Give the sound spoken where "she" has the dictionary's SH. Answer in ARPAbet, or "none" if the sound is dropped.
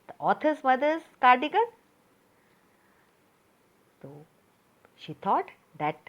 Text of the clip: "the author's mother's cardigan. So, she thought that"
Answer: SH